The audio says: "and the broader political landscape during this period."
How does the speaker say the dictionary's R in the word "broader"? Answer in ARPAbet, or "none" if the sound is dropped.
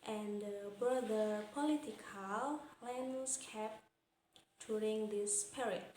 none